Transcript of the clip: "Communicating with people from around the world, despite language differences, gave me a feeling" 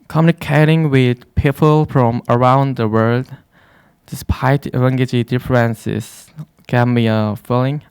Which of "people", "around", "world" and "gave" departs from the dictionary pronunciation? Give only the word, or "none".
none